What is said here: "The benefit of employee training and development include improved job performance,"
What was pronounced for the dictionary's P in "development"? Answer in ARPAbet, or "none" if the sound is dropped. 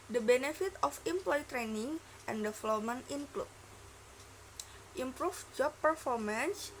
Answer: none